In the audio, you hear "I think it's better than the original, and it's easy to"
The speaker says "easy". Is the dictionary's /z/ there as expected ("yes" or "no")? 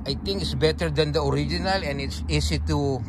no